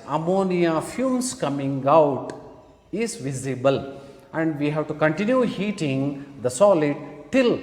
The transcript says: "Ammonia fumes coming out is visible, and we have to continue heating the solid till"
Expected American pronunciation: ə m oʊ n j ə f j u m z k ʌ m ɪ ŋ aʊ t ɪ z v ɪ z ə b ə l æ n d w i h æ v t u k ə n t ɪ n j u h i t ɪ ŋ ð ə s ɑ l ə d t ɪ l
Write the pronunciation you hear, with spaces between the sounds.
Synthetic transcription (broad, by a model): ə m oʊ n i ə f j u m s k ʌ m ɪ ŋ aʊ t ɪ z v ɪ z ə b ə l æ n d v i h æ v t u k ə n t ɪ n j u h i t ɪ ŋ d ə s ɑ l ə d t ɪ l